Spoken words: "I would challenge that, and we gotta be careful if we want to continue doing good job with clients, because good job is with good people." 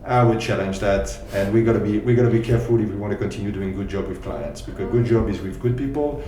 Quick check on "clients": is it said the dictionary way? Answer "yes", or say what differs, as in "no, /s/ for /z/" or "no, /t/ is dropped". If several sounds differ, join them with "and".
yes